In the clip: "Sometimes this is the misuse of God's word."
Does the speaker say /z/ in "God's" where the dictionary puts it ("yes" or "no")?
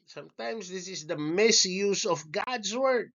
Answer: no